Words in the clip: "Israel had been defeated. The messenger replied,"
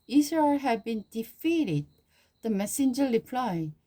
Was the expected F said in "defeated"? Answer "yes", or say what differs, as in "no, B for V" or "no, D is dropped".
yes